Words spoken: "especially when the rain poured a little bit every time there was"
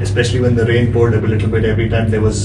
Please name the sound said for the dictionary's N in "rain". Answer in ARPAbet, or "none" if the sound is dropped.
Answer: N